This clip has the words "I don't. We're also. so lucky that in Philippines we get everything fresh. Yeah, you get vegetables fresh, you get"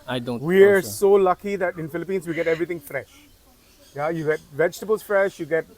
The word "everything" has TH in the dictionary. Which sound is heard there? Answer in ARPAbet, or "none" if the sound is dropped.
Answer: T